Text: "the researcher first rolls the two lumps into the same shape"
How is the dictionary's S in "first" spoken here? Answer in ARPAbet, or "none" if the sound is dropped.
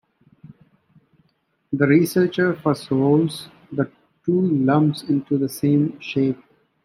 none